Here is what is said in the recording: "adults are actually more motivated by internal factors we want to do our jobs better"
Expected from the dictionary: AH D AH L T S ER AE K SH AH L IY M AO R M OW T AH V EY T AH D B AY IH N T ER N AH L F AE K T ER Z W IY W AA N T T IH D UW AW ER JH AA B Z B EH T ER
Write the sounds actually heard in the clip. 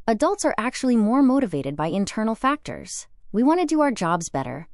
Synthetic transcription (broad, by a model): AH D AH L T S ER AE K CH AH L IY M AO R M OW T AH V EY T AH D B AY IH N T ER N L F AE K T ER Z W IY W AA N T T IH D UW AW ER JH AA B Z B EH T ER